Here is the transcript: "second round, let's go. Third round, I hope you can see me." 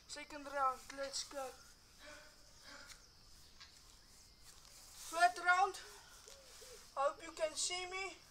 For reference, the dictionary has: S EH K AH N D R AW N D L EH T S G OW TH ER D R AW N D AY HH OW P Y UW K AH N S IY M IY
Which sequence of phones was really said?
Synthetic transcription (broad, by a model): S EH K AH N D R AW N D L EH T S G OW F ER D R AW N D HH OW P Y UW K AH N S IY M IY